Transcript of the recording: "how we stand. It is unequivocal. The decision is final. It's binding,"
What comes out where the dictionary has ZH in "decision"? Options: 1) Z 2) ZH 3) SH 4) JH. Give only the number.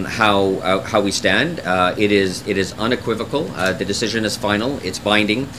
2